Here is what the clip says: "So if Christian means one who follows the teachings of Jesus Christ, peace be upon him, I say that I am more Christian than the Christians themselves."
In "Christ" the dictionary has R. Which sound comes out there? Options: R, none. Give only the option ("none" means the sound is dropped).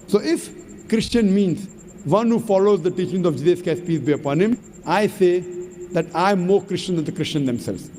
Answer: none